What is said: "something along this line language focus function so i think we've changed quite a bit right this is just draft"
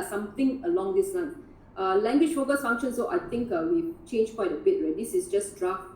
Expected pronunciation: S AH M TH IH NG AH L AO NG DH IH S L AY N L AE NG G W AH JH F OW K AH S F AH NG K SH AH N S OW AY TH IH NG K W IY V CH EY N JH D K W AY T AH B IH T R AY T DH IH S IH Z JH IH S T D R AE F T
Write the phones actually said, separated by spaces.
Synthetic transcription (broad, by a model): S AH M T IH NG AH L AO NG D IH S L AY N L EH NG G W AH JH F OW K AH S F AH NG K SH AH N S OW AY T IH NG K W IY CH EY N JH K W AY T AH B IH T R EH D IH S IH S JH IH S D R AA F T